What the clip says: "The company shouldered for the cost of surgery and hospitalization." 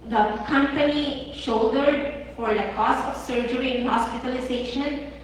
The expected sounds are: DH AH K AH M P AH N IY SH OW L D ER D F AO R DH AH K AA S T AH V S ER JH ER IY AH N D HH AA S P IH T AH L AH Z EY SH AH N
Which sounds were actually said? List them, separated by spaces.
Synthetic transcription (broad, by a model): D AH K AH M P AH N IY SH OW D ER D F AO R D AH K AA S T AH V S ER JH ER IY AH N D HH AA S P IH T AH L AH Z EY SH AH N